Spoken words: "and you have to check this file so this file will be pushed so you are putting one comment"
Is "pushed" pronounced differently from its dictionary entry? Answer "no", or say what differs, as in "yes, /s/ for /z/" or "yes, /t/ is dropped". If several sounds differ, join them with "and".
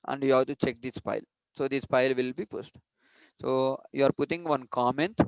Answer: yes, /s/ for /ʃ/